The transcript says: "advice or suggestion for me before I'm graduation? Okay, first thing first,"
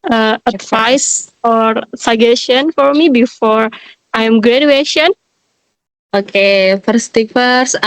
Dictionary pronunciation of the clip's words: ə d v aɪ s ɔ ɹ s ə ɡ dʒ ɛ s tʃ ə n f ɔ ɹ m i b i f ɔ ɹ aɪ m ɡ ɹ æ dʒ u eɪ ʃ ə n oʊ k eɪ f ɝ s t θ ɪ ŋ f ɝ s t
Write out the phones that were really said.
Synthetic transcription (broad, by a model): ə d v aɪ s ɔ ɹ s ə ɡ ɛ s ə n f ɔ ɹ m i b i f ɔ ɹ aɪ m ɡ ɹ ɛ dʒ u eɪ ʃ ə n oʊ k eɪ f ɝ s t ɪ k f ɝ s